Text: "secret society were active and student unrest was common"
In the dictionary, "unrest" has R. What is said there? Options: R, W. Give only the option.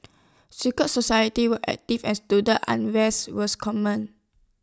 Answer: W